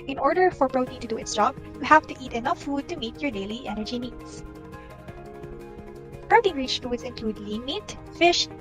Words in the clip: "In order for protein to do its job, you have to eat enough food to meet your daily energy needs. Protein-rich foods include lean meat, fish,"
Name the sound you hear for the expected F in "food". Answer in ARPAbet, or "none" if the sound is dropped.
F